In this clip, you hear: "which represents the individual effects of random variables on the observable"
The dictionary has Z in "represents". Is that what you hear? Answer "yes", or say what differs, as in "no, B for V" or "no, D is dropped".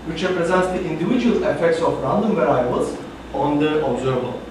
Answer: yes